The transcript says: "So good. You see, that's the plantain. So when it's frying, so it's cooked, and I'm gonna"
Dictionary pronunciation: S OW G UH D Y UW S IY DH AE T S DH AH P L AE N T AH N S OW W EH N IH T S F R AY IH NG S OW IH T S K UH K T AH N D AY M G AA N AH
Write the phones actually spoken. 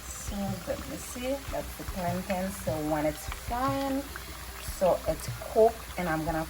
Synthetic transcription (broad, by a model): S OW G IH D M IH S IY DH AE T S DH AH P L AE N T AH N S OW W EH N IH T S F AY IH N S OW IH T S K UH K AH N AY M G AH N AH